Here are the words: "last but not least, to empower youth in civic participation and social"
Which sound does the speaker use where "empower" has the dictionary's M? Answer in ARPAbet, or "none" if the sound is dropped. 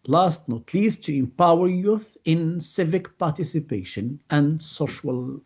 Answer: M